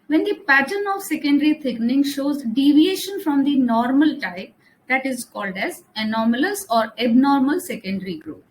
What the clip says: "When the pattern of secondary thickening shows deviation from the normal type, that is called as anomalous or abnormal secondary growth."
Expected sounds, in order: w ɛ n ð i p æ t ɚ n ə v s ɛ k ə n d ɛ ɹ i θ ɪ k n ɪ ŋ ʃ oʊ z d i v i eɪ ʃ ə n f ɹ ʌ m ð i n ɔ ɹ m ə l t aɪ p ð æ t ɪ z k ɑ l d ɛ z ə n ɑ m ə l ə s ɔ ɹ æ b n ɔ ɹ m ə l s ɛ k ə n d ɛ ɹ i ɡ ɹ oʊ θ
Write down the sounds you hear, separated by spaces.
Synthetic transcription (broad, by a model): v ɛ n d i p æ t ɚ n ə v s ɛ k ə n d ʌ ɹ i t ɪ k n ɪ ŋ ʃ oʊ z d i v i eɪ ʃ ə n f ɹ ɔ m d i n ɔ ɹ m ə l t aɪ p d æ t ɪ z k ɑ l d ɛ z ə n ɑ m ə l ə s ɔ ɹ æ b n ɔ ɹ m ə l s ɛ k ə n d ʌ ɹ i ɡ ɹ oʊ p